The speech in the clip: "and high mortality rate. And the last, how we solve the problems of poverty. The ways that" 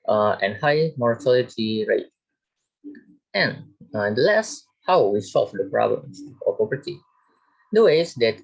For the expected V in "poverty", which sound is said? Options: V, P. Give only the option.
P